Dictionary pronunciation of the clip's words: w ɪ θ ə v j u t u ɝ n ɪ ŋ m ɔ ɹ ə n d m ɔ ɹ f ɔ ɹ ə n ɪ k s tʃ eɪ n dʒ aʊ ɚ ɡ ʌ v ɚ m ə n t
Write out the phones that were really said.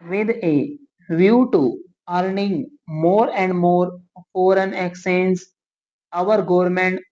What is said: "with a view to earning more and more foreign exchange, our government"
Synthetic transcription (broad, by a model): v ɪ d ə v j u t u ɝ n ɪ ŋ m ɔ ɹ ə n d m ɔ ɹ f ɔ ɹ ə n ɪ k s eɪ n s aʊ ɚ ɡ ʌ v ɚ m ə n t